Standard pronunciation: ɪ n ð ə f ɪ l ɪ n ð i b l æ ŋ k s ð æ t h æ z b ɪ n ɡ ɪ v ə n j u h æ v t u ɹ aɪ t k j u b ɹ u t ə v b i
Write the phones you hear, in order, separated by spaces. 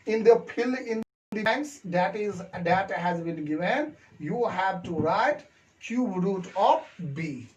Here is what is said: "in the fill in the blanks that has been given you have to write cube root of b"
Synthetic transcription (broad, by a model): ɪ n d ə p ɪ l ɪ n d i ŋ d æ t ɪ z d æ t h æ z b ɪ n ɡ ɪ v ə n j u h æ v t u ɹ aɪ t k j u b ɹ u t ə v b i